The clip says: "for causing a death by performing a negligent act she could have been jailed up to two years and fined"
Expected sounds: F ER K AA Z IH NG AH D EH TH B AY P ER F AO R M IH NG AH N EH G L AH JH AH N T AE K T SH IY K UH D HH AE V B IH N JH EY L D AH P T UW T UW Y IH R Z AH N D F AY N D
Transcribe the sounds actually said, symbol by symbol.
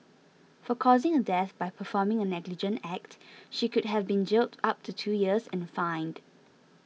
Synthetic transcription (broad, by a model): F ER K AA Z IH NG AH D EH TH B AY P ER F AO M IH NG AH N EH G L AH JH AH N T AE K T SH IY K UH D HH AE V B IH N JH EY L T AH P T UW T UW Y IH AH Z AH N F AY N D